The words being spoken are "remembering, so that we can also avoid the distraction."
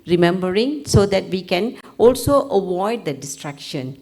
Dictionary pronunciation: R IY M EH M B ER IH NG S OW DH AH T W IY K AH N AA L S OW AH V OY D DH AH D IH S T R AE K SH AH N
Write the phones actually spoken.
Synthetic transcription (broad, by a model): R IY M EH M B ER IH NG S OW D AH T W IY K AH N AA L S OW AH W OY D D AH D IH S T R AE K SH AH N